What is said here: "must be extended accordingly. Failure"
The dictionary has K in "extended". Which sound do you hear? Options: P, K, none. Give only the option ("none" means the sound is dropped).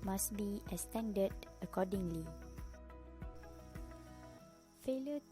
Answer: none